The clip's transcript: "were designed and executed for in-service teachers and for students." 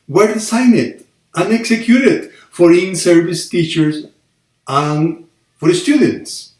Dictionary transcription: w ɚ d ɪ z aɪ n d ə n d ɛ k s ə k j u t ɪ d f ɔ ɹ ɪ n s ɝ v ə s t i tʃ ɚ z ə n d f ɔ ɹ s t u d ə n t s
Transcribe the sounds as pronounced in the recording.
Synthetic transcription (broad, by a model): w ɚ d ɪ s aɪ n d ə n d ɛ k s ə k j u t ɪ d f ɔ ɹ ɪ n s ɝ v ə s t i tʃ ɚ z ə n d f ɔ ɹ s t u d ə n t s